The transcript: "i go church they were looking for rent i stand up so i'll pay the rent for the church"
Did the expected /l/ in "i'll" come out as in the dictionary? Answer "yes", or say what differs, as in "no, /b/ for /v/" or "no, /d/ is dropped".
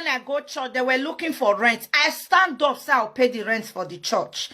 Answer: no, /w/ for /l/